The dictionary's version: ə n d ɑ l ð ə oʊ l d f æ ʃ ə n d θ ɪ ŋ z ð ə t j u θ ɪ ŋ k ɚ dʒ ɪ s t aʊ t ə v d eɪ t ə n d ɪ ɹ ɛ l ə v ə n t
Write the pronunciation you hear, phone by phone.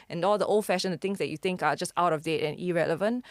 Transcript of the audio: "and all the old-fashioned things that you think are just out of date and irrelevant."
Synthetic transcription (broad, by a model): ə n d ɑ l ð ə oʊ l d f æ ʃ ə n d t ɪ ŋ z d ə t j u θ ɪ ŋ k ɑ dʒ ɪ s t aʊ t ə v d eɪ t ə n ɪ ɹ ɛ l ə v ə n t